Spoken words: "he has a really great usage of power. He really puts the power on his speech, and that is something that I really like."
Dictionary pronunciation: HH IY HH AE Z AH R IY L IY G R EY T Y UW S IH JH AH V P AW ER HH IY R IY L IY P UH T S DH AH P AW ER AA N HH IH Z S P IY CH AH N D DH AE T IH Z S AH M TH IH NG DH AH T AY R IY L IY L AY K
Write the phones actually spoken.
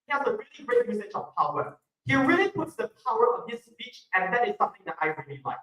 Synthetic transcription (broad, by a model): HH IY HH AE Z AH R IY L IY G R EY T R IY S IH CH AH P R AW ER HH IY R IY L IY P UH T S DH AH P AW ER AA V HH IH S P IY CH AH N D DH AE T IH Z S AH M TH IH NG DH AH T AY R IY L IY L AY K